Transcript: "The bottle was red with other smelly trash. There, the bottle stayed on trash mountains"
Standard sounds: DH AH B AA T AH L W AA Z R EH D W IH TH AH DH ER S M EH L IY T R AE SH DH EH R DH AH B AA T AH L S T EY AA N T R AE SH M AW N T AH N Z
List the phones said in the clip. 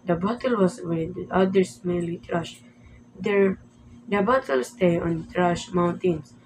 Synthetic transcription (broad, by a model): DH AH B AA T AH L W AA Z W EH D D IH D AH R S M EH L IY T R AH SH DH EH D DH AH B AA T AH L S T EY AA N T R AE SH M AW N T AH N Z